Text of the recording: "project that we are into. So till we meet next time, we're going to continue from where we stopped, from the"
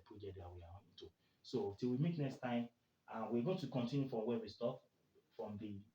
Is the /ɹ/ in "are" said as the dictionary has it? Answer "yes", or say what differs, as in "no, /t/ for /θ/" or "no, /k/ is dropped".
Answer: no, /w/ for /ɹ/